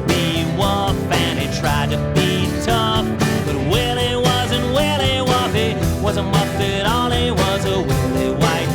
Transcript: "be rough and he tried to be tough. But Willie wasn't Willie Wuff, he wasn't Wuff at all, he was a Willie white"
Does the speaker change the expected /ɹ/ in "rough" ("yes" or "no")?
yes